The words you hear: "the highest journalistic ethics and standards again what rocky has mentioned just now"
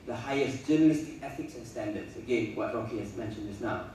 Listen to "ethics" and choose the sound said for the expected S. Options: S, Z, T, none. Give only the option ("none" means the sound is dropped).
S